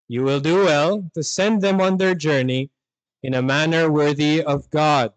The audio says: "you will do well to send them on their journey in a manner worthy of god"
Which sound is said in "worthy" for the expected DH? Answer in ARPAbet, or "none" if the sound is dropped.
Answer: DH